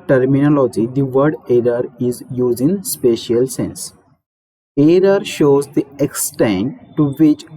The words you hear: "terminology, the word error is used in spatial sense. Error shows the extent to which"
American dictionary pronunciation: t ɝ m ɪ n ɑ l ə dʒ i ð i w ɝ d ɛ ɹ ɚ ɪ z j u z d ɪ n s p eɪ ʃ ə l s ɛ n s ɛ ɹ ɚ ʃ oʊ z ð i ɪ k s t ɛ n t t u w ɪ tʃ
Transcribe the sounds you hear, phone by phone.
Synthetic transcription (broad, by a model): t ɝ m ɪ n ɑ l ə dʒ i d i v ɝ d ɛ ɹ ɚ ɪ z j u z ɪ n s p eɪ ʃ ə l s ɛ n s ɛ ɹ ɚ ʃ oʊ z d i ɪ k s t ɛ n t t u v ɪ tʃ